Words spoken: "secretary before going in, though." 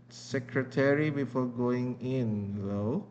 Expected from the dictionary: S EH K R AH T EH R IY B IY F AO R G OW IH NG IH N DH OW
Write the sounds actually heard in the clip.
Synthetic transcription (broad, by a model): S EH K R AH T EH R IY B IY F AO R G OW IH NG IH N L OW